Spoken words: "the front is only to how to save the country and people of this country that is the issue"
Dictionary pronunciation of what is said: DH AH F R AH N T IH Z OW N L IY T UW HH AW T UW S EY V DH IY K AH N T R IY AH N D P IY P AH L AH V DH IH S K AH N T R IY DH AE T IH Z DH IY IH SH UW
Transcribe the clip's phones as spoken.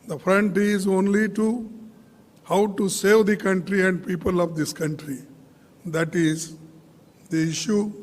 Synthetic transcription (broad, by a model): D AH F R AH N T IH Z OW N L IY T UW HH AW T UW S EY V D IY K AH N T R IY AH N D P IY P AH L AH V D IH S K AH N T R IY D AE T IH Z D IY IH SH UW